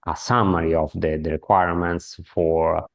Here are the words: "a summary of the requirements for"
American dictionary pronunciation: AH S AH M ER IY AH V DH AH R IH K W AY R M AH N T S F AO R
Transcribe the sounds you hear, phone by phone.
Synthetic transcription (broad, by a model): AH S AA M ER IY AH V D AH R IH K W AY R M AH N T S F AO R